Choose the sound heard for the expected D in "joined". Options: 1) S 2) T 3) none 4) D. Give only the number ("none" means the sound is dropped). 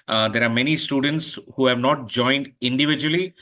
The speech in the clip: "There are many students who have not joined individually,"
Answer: 4